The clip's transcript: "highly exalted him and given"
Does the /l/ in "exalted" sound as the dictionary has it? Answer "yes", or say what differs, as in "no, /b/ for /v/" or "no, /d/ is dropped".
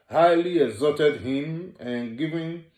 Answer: no, /l/ is dropped